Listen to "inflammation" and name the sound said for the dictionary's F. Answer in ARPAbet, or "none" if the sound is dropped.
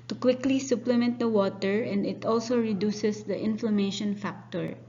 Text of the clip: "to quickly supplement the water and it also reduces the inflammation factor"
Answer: F